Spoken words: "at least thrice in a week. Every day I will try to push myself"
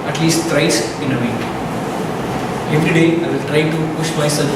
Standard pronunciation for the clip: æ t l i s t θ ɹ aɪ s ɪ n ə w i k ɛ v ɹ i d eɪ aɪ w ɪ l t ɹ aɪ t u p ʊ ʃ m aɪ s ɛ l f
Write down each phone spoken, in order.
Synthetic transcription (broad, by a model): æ t l i s t t ɹ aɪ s ɪ n ə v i ɛ v ɹ i d eɪ aɪ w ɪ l t ɹ aɪ t u p ʊ ʃ m aɪ s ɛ l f